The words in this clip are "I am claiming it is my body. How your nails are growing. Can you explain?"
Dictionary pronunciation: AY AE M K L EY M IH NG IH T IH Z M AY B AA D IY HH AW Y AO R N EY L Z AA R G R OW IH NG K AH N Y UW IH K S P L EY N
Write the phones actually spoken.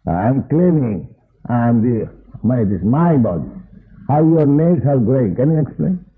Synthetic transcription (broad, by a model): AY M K L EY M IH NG IH T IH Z M AY B AA D IY HH AW Y AO R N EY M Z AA L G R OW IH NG K AH N Y UW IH K S P L EY N